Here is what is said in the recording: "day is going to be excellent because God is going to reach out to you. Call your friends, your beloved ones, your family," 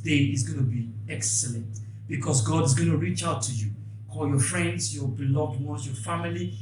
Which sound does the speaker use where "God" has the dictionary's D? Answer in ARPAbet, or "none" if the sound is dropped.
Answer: D